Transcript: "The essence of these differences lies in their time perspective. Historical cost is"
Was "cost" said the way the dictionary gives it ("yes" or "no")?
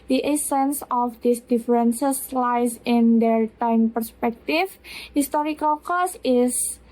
no